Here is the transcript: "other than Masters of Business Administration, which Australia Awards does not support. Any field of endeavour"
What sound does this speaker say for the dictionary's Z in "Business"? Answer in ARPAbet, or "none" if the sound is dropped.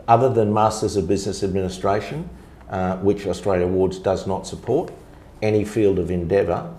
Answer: Z